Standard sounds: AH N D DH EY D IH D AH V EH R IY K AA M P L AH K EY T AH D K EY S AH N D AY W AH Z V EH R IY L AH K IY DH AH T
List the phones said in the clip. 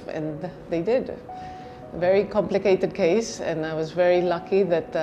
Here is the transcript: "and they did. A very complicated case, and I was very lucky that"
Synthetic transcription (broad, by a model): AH N DH EY D IH D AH V EH R IY K AA M P L AH K EY T AH D K EY S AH N AY W AH Z V EH R IY L AH K IY DH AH T